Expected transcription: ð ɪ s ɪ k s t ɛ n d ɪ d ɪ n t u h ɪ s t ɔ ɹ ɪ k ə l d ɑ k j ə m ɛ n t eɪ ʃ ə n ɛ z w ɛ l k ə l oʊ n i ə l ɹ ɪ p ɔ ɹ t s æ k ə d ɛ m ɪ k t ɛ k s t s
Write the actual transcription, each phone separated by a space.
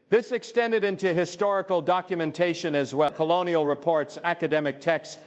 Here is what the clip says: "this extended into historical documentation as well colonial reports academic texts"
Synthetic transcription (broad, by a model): ð ɪ s ɪ k s t ɛ n d ɪ d ɪ n t u h ɪ s t ɔ ɹ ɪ k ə l d ɑ k j ə m ɛ n t eɪ ʃ ə n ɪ z w ɛ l k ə l oʊ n i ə l ɹ ɪ p ɔ ɹ t s æ k ə d ɛ m ɪ k t ɛ k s s